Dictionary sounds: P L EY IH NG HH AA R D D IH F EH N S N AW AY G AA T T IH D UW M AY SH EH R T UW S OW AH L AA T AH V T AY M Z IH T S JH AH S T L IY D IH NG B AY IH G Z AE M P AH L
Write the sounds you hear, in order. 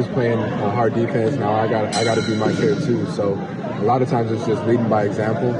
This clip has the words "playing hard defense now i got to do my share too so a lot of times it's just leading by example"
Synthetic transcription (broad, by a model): P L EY IH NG HH AA R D D IH F EH N S N AW AY G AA T T IH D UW M AY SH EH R T UW S OW AH L AA T AH V T AY M Z IH T S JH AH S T L IY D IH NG B AY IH G Z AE M P L